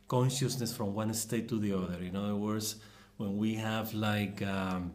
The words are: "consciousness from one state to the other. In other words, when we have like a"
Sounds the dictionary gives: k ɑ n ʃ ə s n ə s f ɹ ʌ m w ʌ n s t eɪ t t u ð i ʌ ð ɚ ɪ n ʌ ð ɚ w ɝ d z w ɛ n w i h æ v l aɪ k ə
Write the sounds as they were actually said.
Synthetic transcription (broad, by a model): k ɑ n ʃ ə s n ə s f ɹ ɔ m w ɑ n s t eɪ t t u ð i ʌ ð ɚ ɪ n ʌ ð ɚ w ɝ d s w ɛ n w i h æ v l aɪ k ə